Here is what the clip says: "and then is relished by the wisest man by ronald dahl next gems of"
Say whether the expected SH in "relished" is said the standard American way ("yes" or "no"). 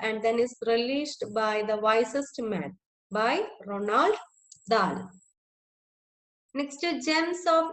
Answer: no